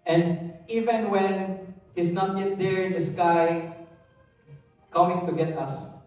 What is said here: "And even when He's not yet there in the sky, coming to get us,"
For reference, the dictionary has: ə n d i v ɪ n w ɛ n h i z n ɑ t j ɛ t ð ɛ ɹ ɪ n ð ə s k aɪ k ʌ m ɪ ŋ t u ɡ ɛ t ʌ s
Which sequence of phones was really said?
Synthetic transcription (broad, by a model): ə n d i v ɪ n w ɛ n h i s n ɑ t j ɛ t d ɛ ɹ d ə s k aɪ k ʌ m ɪ ŋ t u ɡ ɛ t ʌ s